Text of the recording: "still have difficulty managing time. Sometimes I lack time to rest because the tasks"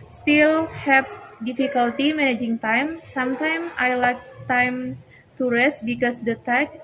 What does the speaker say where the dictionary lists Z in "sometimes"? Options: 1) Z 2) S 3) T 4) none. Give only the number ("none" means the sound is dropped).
4